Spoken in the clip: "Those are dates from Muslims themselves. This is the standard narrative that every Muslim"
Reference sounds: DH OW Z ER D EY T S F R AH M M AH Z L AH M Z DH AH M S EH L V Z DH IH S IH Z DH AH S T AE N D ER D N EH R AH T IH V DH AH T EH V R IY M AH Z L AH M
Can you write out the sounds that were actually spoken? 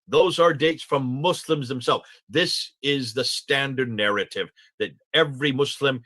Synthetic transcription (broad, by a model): DH OW Z ER D EY T S F R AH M M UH S L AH M Z DH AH M S EH L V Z DH IH S IH Z DH AH S T AE N D ER D N EH R AH T IH V DH AH T EH V R IY M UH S L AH M